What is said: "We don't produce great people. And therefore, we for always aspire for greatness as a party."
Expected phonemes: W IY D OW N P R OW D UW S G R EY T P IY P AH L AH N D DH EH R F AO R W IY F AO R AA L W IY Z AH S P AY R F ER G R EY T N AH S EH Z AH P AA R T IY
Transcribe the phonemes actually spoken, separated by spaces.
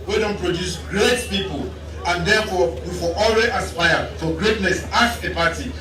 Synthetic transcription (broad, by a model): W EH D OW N P R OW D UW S G R EY T P IY P AH L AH N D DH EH F AO W IY F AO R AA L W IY AH S P AY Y F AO G R EY T N AH S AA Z AH P AA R T IY